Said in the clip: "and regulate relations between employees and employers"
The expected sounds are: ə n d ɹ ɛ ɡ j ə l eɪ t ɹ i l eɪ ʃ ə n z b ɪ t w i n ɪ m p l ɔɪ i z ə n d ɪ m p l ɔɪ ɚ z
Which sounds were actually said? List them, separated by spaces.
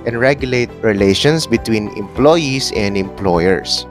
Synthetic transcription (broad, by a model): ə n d ɹ ɛ ɡ j ə l eɪ t ɹ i l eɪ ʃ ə n s b ɪ t w i n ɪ m p l ɔɪ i s ə n d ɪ m p l ɔɪ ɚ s